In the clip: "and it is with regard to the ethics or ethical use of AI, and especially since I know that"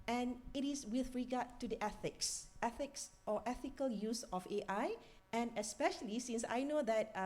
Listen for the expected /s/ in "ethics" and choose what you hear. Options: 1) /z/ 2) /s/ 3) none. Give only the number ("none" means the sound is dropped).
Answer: 2